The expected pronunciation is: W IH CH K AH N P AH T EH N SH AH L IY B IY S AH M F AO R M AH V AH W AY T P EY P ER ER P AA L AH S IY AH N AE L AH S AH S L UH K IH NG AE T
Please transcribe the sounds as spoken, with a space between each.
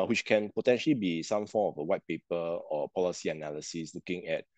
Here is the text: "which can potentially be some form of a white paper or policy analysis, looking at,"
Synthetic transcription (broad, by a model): W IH CH K AH N P AH T EH N SH AH L IY B IY S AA M F AO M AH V AH W AY T P EY P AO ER P AA L AH S IY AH N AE L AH S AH S L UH K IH NG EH T